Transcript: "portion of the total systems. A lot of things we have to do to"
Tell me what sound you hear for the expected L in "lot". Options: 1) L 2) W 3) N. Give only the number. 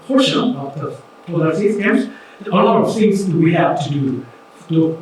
1